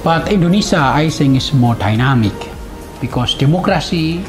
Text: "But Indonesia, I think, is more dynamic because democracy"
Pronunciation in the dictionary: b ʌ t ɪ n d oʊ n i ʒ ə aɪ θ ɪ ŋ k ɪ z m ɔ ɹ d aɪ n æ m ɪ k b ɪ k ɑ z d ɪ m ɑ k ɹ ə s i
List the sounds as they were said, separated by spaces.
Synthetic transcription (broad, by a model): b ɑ t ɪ n d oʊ n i s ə aɪ s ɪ ŋ ɪ s m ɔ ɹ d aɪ n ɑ m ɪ k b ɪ k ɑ s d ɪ m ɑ k ɹ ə s i